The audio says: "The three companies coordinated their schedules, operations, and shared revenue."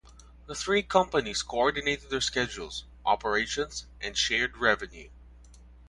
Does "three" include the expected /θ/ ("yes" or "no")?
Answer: yes